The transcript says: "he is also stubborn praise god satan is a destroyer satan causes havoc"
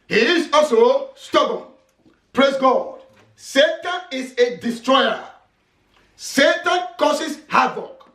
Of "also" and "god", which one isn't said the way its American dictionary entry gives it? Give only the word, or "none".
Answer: also